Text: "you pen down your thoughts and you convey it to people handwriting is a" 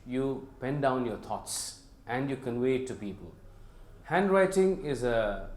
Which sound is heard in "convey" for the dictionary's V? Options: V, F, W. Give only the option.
W